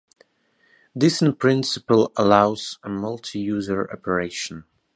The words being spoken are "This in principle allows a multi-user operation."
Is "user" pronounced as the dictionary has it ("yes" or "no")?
yes